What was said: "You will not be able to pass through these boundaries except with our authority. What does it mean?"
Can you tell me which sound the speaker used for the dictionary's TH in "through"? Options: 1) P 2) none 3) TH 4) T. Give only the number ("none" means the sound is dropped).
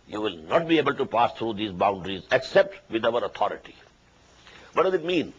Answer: 4